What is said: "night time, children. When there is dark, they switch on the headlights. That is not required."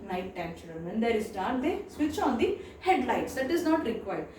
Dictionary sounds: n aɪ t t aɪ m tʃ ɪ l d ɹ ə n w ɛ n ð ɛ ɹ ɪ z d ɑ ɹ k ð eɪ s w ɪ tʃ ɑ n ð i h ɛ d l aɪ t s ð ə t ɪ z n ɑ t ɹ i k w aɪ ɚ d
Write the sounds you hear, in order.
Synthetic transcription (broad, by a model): n aɪ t t aɪ m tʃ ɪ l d ə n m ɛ n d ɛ ɹ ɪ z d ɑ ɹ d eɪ s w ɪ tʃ ɑ n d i h ɛ d l aɪ t s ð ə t ɪ z n ɑ t ɹ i k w aɪ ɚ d